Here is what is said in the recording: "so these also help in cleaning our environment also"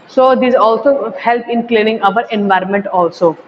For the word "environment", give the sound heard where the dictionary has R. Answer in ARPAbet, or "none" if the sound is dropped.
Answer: R